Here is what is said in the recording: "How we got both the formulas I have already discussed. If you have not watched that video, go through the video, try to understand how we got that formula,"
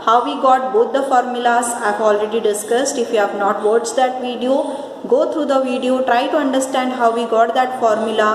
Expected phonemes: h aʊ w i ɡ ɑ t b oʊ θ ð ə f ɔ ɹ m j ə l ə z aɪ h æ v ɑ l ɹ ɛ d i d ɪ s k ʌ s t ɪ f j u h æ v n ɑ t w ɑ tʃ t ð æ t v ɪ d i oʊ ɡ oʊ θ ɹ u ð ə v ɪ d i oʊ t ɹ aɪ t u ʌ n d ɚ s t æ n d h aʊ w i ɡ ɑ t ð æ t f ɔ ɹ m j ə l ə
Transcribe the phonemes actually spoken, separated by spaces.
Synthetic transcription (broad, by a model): h aʊ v i ɡ ɑ t b oʊ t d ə f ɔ ɹ m j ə l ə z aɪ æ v ɑ l ɹ ɛ d i d ɪ s k ʌ s t ɪ f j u h æ v n ɑ t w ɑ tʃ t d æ t v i d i oʊ ɡ oʊ t ɹ u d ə v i d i oʊ t ɹ aɪ t u ʌ n d ɚ s t æ n d h aʊ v i ɡ ɑ t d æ t f ɔ ɹ m j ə l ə